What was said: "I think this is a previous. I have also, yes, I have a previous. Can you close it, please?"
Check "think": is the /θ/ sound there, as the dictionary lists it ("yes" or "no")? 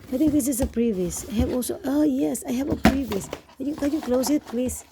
no